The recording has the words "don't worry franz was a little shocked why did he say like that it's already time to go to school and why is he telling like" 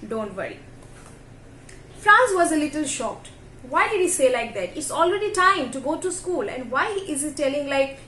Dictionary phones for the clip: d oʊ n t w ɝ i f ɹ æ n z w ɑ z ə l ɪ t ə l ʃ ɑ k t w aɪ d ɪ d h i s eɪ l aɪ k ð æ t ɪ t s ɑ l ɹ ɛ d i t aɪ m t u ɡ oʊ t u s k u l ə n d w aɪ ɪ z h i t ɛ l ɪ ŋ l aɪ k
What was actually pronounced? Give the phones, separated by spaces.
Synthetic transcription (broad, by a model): d oʊ n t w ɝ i f ɹ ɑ n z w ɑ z ə l ɪ t ə l ʃ ɑ k t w aɪ d ɪ d h i s eɪ l aɪ k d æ t ɪ t s ɑ l ɹ ɛ d i t aɪ m t u ɡ oʊ t u s k u l ə n d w aɪ ɪ z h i t ɛ l ɪ ŋ l aɪ k